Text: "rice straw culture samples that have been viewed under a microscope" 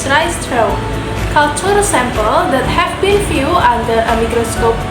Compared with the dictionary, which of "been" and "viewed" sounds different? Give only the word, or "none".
viewed